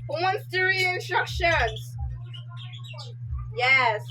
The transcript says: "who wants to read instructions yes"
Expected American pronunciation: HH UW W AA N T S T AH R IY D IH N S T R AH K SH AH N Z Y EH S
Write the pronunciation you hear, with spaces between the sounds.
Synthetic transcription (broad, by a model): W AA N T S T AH R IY IH N S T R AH K SH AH N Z Y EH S